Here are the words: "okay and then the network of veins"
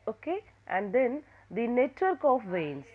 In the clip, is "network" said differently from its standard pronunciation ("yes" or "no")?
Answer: no